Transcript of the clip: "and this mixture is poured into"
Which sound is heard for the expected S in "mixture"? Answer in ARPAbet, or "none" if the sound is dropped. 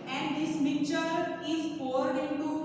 none